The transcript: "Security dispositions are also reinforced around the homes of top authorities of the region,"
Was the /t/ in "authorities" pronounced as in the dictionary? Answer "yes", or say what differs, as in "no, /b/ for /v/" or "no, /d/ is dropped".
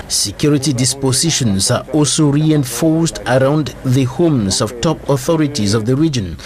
yes